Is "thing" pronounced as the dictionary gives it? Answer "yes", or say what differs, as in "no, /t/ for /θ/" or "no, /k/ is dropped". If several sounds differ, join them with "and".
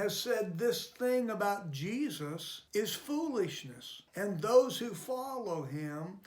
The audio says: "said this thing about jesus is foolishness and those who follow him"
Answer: yes